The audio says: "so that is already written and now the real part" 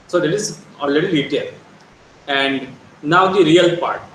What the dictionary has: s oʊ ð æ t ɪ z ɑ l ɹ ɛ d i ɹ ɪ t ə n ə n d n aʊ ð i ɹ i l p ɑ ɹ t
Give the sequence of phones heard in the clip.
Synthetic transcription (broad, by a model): s oʊ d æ t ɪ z ɑ l ɹ ɛ d i l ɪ t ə l ə n d n aʊ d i ɹ i l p ɑ ɹ t